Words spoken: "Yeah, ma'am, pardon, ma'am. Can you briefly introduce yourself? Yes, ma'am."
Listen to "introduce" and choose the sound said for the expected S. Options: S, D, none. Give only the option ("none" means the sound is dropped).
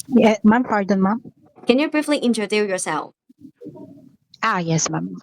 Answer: none